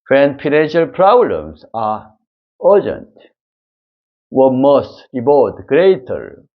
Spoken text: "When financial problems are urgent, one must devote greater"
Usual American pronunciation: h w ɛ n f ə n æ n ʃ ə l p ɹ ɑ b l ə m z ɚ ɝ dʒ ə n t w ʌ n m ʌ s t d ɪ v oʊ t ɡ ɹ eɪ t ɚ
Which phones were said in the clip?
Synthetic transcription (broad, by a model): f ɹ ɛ n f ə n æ n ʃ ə l p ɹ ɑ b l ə m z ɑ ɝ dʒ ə n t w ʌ m ʌ s t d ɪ b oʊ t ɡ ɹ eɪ t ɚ